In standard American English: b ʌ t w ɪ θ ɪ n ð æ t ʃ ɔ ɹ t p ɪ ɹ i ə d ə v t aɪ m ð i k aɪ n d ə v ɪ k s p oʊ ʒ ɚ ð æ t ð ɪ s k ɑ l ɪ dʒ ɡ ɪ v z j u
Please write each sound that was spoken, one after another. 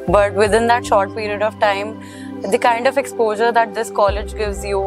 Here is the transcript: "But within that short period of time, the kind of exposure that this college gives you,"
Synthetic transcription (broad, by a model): b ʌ t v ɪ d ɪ n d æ t ʃ ɔ ɹ t p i ɹ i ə d ə v t aɪ m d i k aɪ n d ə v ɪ k s p oʊ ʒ ɚ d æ t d ɪ s k ɑ l ɪ dʒ ɡ ɪ v z j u